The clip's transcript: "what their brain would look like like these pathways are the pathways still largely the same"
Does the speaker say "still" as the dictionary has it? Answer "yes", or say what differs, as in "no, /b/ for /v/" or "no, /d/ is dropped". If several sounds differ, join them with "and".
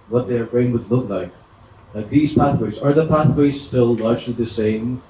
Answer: yes